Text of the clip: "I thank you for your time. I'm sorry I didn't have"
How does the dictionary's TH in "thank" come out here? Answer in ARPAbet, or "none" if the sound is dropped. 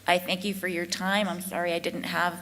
TH